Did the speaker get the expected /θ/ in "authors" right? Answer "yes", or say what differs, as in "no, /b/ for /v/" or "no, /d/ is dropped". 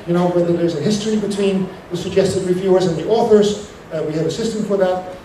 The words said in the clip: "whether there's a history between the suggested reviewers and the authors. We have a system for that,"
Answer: yes